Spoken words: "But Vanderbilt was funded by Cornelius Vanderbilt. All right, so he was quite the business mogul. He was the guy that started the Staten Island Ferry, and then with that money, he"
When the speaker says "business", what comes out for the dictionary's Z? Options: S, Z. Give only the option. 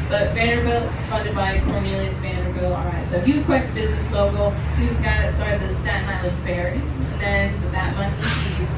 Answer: Z